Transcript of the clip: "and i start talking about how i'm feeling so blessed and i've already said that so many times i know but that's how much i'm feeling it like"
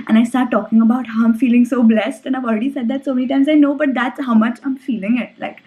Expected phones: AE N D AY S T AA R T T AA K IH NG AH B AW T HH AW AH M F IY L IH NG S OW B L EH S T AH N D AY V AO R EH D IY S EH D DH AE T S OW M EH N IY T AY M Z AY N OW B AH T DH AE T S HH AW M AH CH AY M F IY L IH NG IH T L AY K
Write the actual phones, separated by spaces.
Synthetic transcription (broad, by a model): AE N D AY S T AA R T T AA K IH NG AH B AW T HH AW AH M F IY L IH NG S OW B L EH S T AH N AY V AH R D IY S EH D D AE T S OW M EH N IY T AY M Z AY N OW B AH T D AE T S HH AW M AH CH AY M F IY L IH NG IH T L AY K